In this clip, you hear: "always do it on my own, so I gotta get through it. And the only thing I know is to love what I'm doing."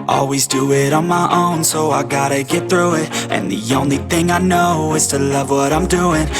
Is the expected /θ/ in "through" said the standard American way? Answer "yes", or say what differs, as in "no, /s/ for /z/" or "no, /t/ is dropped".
yes